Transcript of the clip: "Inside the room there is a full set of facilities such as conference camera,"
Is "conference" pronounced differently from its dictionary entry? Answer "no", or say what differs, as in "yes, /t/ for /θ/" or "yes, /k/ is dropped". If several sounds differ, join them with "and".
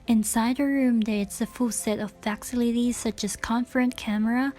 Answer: yes, /s/ is dropped